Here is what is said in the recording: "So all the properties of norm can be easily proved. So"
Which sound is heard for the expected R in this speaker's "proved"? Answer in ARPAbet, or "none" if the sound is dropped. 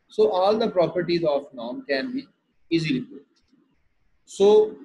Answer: none